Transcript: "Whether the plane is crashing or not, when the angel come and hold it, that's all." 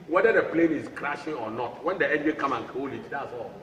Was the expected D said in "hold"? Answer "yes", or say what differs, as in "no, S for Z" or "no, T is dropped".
no, D is dropped